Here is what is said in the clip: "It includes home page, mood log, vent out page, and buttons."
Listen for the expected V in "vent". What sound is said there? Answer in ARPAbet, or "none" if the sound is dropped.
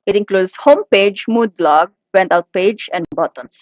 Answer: B